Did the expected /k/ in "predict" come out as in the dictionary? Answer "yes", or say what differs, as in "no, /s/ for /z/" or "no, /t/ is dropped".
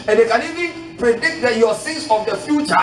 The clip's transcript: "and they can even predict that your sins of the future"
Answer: yes